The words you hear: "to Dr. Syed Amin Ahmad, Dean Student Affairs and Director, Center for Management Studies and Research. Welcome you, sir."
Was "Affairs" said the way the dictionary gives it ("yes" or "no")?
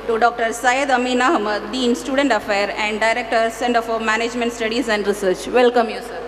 no